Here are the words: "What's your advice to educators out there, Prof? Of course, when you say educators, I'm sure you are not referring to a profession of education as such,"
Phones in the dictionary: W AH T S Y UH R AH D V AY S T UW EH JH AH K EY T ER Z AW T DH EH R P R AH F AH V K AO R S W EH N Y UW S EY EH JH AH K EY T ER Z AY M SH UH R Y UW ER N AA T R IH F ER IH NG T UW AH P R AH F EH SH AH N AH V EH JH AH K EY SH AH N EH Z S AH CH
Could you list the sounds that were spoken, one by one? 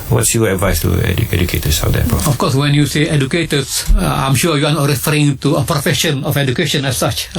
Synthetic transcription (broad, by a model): W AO T S Y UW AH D V AY S T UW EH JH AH K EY T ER S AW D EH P AH AH F K AO S W EH N Y UW S EY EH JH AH K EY T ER S AY M SH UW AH Y UW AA N AA T R IH F ER IH NG T UW AH P R AH F EH SH AH N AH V EH JH AH K EY SH AH N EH S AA CH